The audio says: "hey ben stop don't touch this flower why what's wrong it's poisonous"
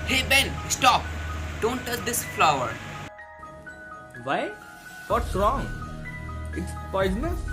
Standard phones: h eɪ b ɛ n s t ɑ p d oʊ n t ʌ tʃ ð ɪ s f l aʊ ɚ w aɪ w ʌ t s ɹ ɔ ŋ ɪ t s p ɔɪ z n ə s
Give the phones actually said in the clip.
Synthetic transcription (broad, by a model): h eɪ b ɛ n s t ɑ p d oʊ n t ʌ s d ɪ s f l aʊ ɚ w aɪ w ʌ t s ɹ ɔ ŋ ɪ t s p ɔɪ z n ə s